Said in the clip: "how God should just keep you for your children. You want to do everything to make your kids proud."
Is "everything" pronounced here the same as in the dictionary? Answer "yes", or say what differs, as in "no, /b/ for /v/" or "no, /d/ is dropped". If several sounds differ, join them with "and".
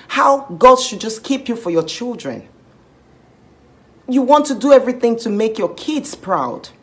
yes